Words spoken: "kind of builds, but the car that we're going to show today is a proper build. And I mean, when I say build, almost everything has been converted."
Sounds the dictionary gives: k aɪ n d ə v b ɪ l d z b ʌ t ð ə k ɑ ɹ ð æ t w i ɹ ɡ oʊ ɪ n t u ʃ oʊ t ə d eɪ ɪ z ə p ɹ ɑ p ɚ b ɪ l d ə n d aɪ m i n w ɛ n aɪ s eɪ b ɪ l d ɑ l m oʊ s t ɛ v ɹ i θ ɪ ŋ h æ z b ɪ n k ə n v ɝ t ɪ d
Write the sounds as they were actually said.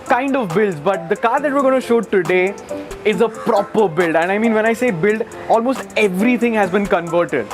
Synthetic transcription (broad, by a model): k aɪ n d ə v b ɪ l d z b ʌ t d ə k ɑ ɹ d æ t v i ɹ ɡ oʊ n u ʃ oʊ t ə d eɪ ɪ z ə p ɹ ɑ p ɚ b ɪ l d ə n d aɪ m i n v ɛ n aɪ s eɪ b ɪ l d ɑ l m oʊ s t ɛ v ɹ i t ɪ ŋ h æ z b ɪ n k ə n v ɝ t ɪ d